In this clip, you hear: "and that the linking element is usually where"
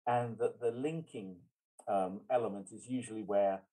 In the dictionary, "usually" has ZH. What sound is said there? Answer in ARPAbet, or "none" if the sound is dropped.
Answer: ZH